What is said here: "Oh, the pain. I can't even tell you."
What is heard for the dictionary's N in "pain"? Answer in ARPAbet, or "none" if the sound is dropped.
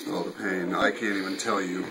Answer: N